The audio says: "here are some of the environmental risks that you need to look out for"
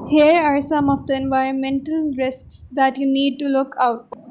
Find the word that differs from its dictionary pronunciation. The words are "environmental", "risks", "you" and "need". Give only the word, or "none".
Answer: none